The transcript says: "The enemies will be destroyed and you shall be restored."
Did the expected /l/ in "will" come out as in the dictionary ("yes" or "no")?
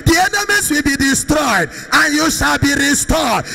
yes